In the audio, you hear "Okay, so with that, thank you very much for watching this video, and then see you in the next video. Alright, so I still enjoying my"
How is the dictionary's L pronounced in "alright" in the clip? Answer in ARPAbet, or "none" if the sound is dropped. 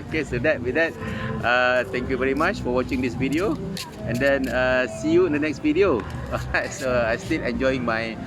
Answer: none